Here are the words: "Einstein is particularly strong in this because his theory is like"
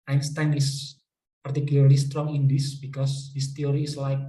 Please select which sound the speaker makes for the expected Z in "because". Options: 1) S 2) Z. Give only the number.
1